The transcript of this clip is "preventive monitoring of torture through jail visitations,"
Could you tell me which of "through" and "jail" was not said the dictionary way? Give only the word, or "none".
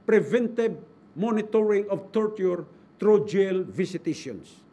through